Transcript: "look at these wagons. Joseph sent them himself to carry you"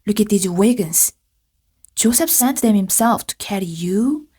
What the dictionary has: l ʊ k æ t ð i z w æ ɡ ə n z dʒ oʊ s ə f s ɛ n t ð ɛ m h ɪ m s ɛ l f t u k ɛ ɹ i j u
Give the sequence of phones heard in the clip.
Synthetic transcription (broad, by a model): l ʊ k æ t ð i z w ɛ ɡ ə n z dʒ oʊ s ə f s ɛ n t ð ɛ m h ɪ m s ɛ l f t u k ɛ ɹ i j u